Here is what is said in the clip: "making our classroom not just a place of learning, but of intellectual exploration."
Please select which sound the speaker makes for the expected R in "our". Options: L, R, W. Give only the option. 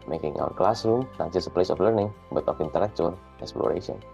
W